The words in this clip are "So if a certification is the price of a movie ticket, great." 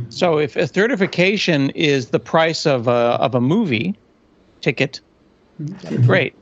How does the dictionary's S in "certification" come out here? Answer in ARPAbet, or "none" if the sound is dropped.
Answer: TH